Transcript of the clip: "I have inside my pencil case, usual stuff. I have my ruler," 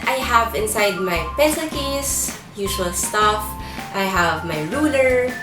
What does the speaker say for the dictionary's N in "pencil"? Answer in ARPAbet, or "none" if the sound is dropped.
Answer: none